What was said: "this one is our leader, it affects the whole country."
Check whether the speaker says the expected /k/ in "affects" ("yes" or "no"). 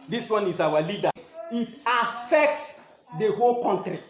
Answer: yes